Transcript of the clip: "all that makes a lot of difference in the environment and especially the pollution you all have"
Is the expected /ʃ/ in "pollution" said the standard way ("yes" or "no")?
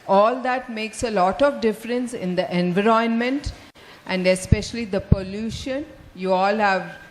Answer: yes